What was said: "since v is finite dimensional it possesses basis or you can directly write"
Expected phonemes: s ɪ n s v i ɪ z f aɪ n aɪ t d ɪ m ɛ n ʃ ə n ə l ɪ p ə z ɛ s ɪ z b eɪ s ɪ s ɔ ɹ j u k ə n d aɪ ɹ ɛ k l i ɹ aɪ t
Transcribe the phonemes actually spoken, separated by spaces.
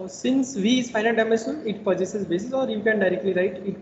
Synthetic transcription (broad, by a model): s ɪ n s v i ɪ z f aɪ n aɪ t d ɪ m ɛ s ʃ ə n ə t p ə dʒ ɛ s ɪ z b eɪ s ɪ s ɔ ɹ j u k ə n d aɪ ɹ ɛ k l i ɹ aɪ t